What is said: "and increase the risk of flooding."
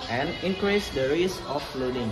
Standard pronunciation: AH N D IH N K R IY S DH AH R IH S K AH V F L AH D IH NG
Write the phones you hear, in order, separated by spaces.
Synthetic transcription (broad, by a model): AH N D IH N K R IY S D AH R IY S AH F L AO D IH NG